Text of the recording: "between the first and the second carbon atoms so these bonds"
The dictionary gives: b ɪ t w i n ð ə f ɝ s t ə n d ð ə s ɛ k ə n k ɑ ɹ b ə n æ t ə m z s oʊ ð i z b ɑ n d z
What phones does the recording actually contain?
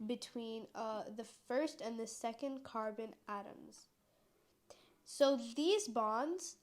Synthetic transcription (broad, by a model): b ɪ t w i n ð ə f ɝ s t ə n ð ə s ɛ k ə n k ɑ ɹ b ə n æ t ə m z s oʊ ð i z b ɑ n d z